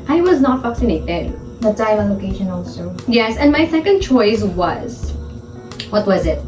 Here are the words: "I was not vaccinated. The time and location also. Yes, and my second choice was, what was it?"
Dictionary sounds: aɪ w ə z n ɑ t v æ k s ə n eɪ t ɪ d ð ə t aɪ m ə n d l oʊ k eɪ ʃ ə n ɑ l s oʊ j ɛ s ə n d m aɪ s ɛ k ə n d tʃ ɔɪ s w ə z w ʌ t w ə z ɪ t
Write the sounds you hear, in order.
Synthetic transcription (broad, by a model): aɪ w ə z n ɑ t f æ k s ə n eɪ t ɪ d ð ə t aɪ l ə l oʊ k eɪ ʃ ə n ɑ l s oʊ j ɛ s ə n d m aɪ s ɛ k ə n d tʃ ɔɪ s w ə z w ʌ t w ə z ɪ t